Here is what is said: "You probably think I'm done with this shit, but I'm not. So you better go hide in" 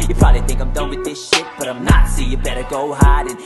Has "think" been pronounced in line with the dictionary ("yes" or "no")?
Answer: yes